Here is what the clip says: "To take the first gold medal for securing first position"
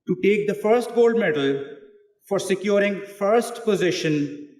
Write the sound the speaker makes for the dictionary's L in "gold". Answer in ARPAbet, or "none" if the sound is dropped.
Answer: L